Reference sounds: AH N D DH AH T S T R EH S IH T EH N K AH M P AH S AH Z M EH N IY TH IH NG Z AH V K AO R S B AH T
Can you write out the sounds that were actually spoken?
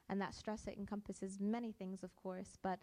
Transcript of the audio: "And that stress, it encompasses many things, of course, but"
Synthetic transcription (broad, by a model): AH N DH AH T S T R EH S IH T EH N K AH M P AH S AH Z M EH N IY TH IH NG Z AH V K AO R S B AH T